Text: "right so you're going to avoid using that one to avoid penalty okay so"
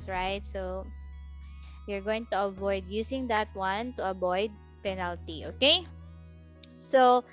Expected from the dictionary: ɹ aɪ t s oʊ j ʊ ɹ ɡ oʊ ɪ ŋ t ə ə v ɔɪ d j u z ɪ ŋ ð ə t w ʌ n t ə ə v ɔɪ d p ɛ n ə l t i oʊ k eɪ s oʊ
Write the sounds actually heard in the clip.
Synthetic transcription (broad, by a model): ɹ aɪ t s oʊ j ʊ ɹ ɡ oʊ ɪ ŋ t ə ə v ɔɪ d j u s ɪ ŋ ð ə t w ʌ n t ə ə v ɔɪ d p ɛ n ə l t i oʊ k eɪ s oʊ